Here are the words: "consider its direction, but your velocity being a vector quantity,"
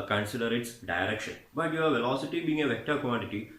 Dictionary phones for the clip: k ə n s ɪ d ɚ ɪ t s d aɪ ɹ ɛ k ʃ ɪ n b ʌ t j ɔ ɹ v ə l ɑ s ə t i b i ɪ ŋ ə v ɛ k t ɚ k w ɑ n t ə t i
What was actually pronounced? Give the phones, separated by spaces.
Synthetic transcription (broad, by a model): k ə n s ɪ d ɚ ɪ t s d aɪ ɹ ɛ k ʃ ɪ n b ʌ t j ɔ ɹ v ə l ɑ s ə t i b i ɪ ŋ ə v ɛ k t ɚ k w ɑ n t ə t i